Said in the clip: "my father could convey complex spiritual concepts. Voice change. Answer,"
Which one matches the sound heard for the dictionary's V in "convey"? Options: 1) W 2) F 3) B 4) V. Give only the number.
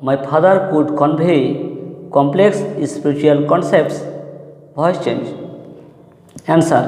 3